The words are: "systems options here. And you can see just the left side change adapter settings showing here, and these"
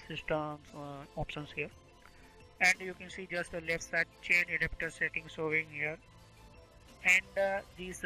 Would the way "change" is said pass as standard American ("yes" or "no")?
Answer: no